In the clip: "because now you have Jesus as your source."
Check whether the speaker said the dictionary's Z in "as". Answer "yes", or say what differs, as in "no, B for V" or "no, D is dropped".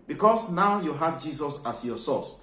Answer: no, S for Z